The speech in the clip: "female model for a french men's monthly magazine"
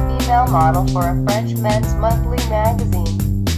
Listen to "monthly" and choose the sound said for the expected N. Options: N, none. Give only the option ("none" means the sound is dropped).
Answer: none